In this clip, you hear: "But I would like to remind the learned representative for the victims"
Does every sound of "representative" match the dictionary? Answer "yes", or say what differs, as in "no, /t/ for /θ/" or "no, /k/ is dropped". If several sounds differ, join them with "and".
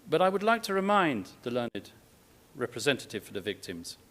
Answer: yes